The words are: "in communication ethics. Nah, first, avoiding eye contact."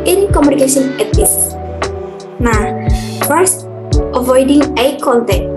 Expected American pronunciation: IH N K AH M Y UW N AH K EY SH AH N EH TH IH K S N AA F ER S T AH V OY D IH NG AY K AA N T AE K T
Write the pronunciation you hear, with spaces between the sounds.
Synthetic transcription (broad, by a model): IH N K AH M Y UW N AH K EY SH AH N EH T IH S N AA F ER S T AH V OY D IH NG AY K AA N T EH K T